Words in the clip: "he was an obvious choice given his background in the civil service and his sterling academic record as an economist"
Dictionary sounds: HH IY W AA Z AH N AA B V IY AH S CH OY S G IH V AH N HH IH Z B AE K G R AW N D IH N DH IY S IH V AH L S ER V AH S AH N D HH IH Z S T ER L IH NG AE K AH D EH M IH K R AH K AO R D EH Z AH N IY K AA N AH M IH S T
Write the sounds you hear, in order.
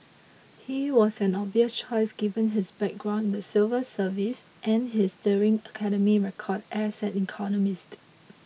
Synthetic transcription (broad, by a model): HH IY W AA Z AH N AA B IY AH S CH OY S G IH V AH N HH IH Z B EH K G R AW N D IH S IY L V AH S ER V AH S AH N HH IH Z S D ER IH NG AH K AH D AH M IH R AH K AO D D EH S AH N IY K AA N AH M IH S T